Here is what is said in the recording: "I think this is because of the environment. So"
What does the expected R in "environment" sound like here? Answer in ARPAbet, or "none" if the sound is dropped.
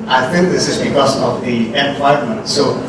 none